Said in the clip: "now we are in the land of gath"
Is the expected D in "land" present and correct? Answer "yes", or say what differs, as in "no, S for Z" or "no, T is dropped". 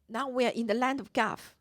yes